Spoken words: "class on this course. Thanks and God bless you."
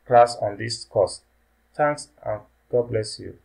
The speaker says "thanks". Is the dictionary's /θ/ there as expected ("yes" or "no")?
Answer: no